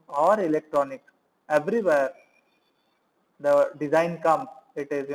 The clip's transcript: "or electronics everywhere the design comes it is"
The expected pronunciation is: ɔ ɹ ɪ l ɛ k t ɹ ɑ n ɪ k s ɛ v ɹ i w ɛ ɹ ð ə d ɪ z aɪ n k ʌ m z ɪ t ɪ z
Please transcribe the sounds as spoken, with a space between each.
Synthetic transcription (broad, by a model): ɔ ɹ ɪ l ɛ k t ɹ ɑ n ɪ k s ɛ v ɹ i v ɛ ɹ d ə d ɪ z aɪ n k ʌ m ɪ t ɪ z